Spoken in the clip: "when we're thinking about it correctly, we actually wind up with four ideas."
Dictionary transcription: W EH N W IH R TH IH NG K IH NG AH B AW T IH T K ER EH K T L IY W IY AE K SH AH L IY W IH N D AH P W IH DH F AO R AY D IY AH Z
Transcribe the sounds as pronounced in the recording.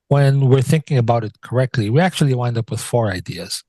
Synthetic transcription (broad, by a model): W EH N W IH R TH IH NG K IH NG AH B AW T IH T K ER EH K T L IY W IY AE K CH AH L IY W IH N D AH P W IH DH F AO R AY D IY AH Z